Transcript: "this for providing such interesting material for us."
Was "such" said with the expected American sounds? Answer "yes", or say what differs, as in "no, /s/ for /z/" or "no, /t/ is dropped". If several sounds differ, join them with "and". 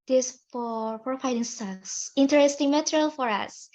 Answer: no, /s/ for /tʃ/